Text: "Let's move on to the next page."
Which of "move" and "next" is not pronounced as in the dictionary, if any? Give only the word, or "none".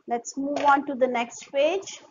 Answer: none